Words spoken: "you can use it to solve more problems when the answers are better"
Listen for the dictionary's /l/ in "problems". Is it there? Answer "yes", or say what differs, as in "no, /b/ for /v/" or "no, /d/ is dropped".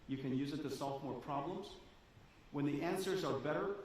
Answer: yes